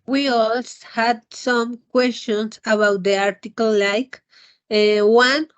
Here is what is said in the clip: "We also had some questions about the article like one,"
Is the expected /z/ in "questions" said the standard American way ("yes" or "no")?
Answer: no